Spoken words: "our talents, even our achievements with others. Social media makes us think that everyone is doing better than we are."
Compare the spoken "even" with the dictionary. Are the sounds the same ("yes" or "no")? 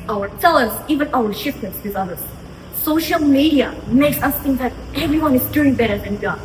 yes